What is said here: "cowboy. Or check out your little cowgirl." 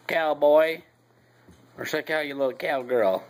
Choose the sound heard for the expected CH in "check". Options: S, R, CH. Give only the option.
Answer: S